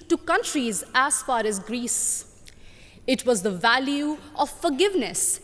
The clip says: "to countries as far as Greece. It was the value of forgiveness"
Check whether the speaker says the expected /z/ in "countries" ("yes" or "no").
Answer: yes